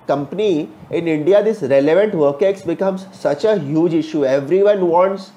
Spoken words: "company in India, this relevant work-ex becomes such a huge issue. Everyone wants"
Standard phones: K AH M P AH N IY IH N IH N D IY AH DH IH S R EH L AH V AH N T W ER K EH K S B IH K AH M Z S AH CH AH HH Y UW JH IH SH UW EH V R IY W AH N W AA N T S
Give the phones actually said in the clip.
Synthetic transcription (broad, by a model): K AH M P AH N IY IH N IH N D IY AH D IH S R EH L AH V AH N T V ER K EH K S B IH K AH M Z S AH CH AH HH Y UW JH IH SH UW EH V R IY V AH N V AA N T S